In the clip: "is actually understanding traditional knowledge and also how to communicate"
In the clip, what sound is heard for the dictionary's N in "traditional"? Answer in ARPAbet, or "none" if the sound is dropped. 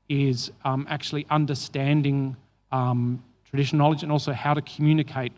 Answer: none